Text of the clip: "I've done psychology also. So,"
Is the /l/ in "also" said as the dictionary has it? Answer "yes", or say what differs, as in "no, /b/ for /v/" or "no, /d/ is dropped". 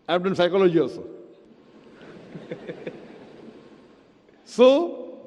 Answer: no, /l/ is dropped